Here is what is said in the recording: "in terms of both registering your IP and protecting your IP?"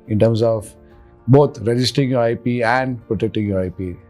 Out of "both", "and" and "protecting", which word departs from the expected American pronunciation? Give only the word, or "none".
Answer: both